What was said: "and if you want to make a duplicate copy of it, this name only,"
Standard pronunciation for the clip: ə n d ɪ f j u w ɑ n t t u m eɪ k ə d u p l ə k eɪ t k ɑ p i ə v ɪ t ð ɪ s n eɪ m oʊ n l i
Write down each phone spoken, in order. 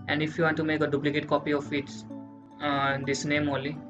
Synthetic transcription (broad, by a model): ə n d ɪ f j u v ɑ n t t u m eɪ k ə d u p l ə k eɪ t k ɑ p i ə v ɪ t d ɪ s n eɪ m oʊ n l i